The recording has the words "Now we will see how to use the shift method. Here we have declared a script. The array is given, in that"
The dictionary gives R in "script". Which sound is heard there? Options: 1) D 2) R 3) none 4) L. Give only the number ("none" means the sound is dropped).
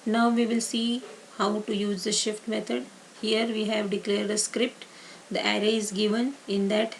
2